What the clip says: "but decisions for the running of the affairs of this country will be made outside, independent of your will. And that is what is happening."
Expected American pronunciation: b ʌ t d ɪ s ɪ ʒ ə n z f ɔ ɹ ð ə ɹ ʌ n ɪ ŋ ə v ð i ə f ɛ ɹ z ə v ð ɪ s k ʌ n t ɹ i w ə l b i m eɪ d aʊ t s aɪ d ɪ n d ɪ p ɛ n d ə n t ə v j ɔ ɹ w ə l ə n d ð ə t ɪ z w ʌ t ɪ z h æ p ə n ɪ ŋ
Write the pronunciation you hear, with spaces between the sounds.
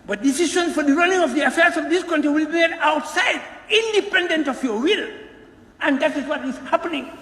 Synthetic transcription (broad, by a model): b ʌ t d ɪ s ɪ ʃ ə n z f ɔ ɹ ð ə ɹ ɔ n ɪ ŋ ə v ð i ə f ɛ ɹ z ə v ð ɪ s k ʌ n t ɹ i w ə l b i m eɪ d aʊ t s aɪ d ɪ n d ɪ p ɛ n d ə n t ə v j ɔ ɹ w ə l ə n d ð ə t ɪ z w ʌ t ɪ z h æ p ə n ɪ ŋ